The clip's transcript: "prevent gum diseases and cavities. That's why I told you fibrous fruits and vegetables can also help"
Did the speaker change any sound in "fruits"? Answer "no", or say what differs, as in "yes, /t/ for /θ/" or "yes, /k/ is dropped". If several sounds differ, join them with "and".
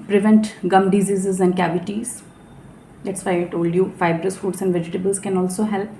yes, /ɹ/ is dropped